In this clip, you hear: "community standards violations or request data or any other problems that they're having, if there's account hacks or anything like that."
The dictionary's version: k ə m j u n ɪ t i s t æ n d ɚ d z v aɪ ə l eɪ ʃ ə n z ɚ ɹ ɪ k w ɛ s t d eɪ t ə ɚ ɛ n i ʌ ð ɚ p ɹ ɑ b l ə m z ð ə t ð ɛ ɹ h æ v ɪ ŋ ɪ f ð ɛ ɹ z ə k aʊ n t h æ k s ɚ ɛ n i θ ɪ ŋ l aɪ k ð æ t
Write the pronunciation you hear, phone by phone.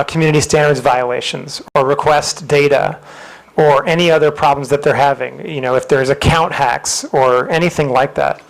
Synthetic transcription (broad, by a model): k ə m j u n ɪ t i s t æ n d ɚ d z v aɪ ə l eɪ ʃ ə n z ɚ ɹ ɪ k w ɛ s t d eɪ t ə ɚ ɛ n i ʌ ð ɚ p ɹ ɑ b l ə m z ð ə t ð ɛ ɹ h æ v ɪ ŋ ɪ f ð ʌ ɹ z ə k aʊ n t h æ k s ɚ ɛ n i θ ɪ ŋ l aɪ k ð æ t